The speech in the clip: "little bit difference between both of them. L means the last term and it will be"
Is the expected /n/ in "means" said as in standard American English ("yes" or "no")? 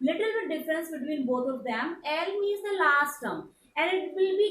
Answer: no